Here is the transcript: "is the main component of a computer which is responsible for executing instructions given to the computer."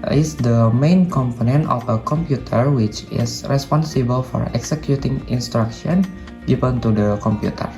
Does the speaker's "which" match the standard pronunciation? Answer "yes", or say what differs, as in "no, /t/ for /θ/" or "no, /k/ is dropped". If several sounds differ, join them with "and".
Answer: yes